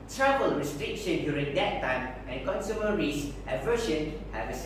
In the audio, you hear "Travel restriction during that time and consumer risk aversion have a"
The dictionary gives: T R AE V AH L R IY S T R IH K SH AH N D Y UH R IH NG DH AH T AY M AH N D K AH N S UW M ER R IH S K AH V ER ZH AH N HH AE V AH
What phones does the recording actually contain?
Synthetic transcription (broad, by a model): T R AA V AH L R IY S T R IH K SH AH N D Y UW R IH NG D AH T AY M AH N K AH N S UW M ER R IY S AH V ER SH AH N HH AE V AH